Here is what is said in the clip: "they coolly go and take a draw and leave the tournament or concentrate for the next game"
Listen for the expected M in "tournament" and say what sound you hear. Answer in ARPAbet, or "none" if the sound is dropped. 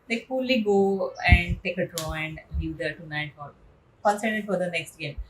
none